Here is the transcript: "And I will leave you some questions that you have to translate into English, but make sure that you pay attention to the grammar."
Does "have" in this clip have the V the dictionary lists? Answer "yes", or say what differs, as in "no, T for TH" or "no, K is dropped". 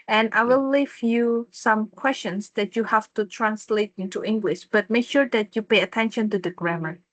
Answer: no, F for V